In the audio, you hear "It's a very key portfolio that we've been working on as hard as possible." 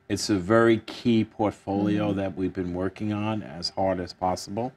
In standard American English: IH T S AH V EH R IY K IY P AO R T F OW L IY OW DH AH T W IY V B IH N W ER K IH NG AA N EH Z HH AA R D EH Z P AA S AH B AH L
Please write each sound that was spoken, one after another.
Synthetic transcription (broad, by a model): IH T S AH V EH R IY K IY P AO R T F OW L IY OW DH AH T W IY V B IH N W ER K IH NG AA N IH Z HH AA R D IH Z P AA S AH B L